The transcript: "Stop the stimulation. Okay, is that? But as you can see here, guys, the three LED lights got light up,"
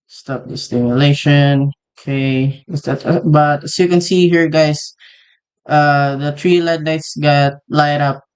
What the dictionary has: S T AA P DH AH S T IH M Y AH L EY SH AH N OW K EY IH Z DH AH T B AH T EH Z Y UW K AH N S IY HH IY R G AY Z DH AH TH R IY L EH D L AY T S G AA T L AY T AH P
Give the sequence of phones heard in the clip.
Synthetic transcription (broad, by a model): S T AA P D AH S T IH M Y AH L EY SH AH N OW K EY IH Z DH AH T B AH T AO Y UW K AH N S IY HH IY R G AY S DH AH T R IY L EH D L AY T S G AA T L AY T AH P